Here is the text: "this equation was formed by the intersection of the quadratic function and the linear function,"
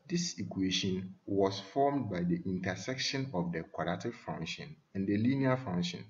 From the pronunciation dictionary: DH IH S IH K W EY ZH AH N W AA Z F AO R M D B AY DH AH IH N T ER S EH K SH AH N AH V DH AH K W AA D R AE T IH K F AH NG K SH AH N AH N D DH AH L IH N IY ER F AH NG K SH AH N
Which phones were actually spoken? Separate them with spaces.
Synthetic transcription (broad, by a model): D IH S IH K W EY SH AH N W AA S F AO M D B AY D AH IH N T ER S EH K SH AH N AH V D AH K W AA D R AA T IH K F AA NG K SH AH N AH N D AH L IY N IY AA F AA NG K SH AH N